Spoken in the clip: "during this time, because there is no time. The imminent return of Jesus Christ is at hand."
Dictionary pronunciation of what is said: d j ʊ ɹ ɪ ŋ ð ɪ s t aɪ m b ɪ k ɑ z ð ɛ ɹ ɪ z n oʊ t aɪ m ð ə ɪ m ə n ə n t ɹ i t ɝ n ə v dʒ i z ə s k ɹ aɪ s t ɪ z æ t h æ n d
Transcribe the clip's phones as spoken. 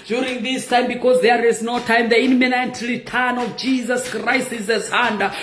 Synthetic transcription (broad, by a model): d j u ɹ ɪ ŋ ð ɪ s t aɪ m b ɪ k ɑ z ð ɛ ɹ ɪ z n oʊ t aɪ m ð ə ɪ m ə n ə n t l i t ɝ n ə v dʒ i z ə s k ɹ aɪ s t ɪ z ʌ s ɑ n d